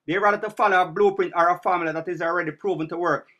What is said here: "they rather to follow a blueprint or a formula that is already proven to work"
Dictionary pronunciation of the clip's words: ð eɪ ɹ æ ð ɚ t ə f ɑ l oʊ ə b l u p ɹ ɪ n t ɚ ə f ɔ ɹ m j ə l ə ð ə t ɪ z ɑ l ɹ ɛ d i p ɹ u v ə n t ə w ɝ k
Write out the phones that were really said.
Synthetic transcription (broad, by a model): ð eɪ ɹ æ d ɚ t ə f ɑ l oʊ ə b l u p ɹ ɪ n t ɚ ə f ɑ m l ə ð ə t ɪ z ɑ l ɹ ɛ d i p ɹ u v ə n t ə w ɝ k